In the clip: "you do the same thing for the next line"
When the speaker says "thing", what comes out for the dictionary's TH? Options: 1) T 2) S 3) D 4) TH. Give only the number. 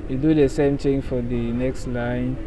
1